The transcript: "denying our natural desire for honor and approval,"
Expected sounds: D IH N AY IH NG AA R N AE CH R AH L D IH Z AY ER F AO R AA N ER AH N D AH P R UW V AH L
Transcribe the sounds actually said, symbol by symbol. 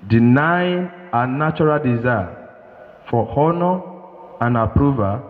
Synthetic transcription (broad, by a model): D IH N AY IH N AA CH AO R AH L D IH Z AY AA F AO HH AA N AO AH N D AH P R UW V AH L